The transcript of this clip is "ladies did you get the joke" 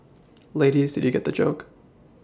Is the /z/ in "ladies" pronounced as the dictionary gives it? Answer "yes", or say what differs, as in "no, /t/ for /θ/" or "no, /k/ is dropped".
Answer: yes